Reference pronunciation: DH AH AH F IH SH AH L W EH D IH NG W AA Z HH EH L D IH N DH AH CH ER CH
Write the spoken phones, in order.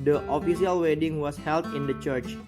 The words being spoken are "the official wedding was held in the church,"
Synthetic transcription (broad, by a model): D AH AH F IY S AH L W EH D IH NG W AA S HH EH L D IH N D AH CH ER CH